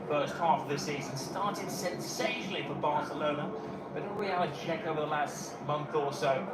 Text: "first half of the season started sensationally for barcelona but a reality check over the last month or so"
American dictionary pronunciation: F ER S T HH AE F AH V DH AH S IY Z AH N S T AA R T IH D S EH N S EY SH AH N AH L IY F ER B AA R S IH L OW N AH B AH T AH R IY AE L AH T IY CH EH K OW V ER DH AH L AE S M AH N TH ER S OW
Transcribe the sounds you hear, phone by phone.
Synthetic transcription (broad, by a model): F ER S T HH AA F AH V DH AH S IY Z AH N S T AA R T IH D S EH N S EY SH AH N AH L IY F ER B AA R S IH L OW N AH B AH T AH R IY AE AH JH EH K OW V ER DH AH L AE S M AH N TH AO S OW